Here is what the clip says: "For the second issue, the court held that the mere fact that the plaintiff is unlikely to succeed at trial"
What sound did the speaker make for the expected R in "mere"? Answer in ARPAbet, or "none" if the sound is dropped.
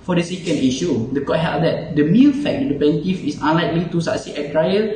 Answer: L